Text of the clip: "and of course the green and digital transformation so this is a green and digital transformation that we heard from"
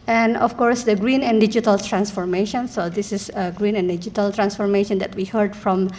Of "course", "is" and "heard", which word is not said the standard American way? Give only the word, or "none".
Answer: is